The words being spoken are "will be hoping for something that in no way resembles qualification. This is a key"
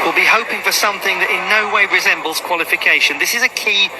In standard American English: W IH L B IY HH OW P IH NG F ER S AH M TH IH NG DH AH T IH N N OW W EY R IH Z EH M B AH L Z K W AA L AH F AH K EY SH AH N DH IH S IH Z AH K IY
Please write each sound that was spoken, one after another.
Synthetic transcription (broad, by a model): W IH L B IY HH OW P IH NG F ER S AH M TH IH NG DH AH T IH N N OW W EY R IH Z EH M B AH L Z K W AA L AH F AH K EY SH AH N DH IH S IH Z AH K IY